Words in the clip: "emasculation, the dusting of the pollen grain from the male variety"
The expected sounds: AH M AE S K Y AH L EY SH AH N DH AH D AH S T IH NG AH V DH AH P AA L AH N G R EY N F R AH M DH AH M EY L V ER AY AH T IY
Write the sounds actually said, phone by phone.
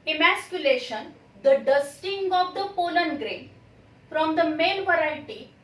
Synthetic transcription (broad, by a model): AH M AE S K Y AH L EY SH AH N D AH D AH S T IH NG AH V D AH P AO L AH N G R EY N F R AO M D AH M EY N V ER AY T IY